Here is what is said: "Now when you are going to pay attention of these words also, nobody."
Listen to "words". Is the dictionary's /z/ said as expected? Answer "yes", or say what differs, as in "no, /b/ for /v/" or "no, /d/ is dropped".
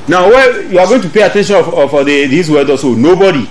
no, /z/ is dropped